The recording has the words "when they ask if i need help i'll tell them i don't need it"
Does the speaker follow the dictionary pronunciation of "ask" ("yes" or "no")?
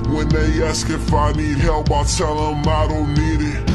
yes